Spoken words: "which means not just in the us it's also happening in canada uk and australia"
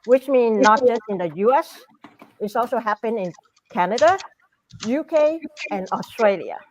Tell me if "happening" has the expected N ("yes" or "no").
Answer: no